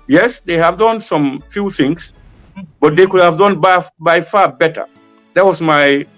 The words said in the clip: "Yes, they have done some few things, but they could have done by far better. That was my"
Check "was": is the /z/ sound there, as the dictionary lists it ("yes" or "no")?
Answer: no